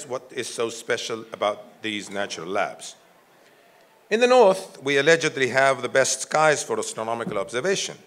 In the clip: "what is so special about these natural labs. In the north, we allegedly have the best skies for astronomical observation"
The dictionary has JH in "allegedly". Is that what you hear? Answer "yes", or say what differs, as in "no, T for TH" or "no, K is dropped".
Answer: yes